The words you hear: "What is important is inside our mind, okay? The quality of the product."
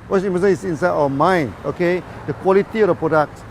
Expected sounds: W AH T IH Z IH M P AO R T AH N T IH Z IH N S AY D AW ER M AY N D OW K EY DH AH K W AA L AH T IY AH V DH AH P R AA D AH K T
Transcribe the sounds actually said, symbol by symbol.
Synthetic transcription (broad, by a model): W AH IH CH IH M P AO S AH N IH S IH N S AY D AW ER M AY N OW K EY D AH K W AA L AH T IY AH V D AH P R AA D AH K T